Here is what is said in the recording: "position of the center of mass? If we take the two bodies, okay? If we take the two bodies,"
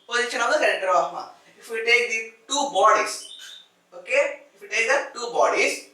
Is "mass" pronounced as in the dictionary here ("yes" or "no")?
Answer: no